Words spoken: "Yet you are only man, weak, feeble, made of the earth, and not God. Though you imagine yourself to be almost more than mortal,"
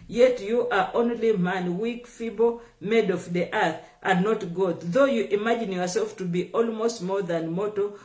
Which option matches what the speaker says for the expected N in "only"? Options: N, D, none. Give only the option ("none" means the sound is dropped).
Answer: N